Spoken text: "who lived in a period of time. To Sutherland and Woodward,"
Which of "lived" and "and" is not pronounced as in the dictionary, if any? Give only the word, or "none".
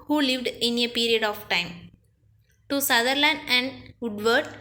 none